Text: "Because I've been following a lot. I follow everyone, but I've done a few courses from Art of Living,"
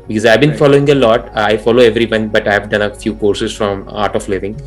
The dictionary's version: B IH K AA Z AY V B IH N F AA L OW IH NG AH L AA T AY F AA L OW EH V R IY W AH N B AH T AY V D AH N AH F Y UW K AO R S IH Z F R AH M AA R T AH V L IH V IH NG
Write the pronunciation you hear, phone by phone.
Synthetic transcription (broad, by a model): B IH K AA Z AY V B IH N F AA L OW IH NG AH L AA T AY F AA L OW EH V R IY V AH N B AH T AY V D AH N AH F Y UW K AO R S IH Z F R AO M AA R T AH P L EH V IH NG